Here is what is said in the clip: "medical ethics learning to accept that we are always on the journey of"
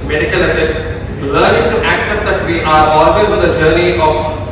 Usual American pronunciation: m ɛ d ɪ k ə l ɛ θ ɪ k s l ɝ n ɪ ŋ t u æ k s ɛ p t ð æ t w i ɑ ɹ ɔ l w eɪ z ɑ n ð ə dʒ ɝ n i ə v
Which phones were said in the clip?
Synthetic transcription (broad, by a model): m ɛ d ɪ k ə l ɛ f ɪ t s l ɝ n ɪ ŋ t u æ k s ɛ p t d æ t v i ɑ ɹ ɔ l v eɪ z ɑ n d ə dʒ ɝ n i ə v